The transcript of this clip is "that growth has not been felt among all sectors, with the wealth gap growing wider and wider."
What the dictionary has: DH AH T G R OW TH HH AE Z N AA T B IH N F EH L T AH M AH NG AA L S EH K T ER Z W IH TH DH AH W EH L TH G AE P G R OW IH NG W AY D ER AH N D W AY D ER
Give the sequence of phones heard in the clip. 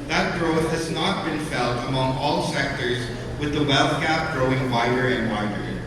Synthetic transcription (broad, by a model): DH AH T G R OW TH HH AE Z N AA T B IH N F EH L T AH M AH NG AA L S EH K T ER Z W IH DH AH W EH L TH G AE P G R OW IH NG W AY D ER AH N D W AY D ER